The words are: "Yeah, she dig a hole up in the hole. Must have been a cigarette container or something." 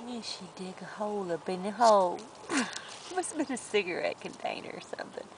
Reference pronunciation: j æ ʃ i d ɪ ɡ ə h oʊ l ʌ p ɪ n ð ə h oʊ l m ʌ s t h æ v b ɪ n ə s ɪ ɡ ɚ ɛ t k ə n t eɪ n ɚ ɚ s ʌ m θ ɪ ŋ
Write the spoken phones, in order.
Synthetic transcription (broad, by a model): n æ ʃ i d ɪ ɡ ə h oʊ l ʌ b ɪ n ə h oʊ l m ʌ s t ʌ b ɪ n ə s ɪ ɡ ɚ ɛ t k ə n t eɪ n ɚ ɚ s ʌ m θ ɪ ŋ